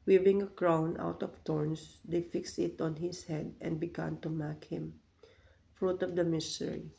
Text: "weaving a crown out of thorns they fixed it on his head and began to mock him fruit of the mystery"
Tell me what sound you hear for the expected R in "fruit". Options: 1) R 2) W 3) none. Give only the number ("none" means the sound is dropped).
1